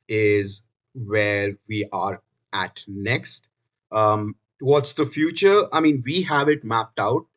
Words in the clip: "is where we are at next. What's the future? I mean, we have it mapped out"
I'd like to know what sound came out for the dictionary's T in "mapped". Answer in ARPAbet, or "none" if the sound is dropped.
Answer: T